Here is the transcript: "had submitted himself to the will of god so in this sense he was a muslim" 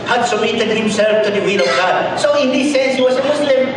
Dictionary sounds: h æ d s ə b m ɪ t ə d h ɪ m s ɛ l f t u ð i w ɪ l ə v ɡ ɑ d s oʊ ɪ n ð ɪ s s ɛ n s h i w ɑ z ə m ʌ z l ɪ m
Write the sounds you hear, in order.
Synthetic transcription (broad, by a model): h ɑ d s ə m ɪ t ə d h ɪ m s ɛ l f t u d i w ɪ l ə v ɡ ɑ d s oʊ ɪ n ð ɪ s s ɛ n s h i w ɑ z ə m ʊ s l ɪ m